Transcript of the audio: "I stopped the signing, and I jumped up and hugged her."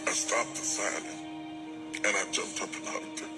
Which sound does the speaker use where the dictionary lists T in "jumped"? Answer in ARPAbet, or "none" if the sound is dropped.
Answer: T